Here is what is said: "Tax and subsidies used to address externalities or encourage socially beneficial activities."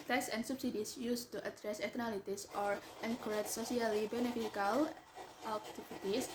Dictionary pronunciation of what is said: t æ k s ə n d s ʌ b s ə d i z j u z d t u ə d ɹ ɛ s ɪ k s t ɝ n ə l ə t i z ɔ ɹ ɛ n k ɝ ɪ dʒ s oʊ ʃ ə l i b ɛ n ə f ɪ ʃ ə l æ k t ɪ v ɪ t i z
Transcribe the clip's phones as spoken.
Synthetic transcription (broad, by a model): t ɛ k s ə n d s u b s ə d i s j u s t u ə d ɹ ɛ s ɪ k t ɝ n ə l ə t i s ɔ ɹ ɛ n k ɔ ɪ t s oʊ s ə l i b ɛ n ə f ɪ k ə l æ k t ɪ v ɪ t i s